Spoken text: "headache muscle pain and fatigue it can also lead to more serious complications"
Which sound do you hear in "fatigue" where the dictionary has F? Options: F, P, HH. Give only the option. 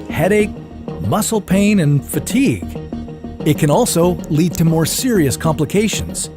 F